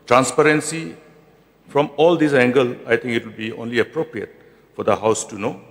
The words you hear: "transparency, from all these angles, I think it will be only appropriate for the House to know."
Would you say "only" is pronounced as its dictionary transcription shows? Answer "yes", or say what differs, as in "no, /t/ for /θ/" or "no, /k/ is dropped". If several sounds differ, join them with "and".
yes